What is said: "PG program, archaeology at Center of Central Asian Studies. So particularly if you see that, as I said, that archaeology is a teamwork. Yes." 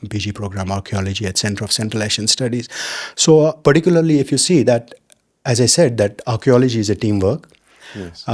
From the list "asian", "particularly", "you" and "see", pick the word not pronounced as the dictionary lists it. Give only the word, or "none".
asian